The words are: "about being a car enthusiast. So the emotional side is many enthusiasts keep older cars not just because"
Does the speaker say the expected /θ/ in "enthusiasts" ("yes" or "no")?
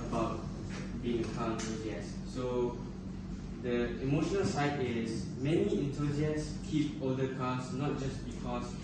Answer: no